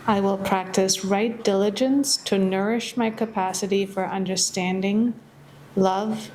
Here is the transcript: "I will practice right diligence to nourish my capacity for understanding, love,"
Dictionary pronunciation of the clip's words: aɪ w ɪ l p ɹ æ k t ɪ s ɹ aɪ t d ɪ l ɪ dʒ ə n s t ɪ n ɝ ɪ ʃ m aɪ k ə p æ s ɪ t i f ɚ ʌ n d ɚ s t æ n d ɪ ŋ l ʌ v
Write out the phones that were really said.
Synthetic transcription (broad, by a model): aɪ w ɪ l p ɹ æ k t ɪ s ɹ aɪ t d ɪ l ɪ dʒ ə n s t ɪ n ɝ ɪ ʃ m aɪ k ə p æ s ɪ t i f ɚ ʌ n d ɚ s t æ n d ɪ ŋ l ʌ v